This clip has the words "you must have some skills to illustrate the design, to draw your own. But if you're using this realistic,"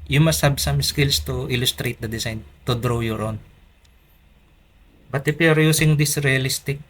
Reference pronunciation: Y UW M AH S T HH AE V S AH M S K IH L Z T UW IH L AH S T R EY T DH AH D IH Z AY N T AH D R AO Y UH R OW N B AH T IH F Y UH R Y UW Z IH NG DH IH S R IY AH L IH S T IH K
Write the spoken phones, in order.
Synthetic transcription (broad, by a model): Y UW M AH S T HH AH B S AH M S K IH L S T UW IH L AH S T R EY T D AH D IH S AY N T AH D R AO Y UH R OW N B AH T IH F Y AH R Y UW S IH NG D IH S R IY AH L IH S T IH K